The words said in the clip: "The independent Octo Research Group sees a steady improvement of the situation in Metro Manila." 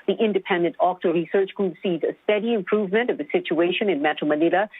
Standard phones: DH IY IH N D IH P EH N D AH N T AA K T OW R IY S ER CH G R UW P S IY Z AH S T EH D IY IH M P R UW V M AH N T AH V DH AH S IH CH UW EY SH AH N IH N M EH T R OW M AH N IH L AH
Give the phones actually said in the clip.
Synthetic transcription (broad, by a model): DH IY IH N D IH P EH N D AH N T AA K T OW R IY S ER CH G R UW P S IY Z AH S T EH D IY IH M P R UW V M AH N T AH V DH AH S IH CH UW EY SH AH N IH N M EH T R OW M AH N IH L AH